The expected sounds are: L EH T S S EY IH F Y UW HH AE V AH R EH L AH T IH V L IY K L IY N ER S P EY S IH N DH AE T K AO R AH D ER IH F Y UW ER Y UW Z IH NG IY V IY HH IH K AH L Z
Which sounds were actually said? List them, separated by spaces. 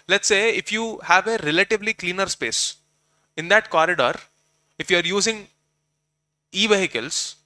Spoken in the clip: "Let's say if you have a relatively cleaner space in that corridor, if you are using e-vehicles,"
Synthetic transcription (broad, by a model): L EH T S S EY IH F Y UW HH AE V AH R EH L AH T IH V L IY K L IY N ER S P EY S IH N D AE T K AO R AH D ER IH F Y UW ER Y UW Z IH NG IY V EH HH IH K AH L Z